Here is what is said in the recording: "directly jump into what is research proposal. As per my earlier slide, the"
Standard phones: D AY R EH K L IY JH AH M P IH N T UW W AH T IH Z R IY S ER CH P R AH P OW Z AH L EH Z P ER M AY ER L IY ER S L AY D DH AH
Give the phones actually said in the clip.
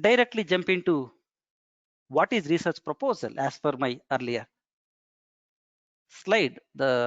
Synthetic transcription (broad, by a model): D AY R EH K L IY JH AH M P IH N T UW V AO T IH Z R IY S ER CH P R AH P OW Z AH L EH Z F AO M AY ER L IY ER S L AY D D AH